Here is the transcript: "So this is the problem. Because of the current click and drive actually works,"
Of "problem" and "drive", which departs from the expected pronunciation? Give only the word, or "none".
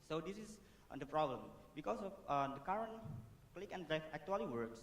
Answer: drive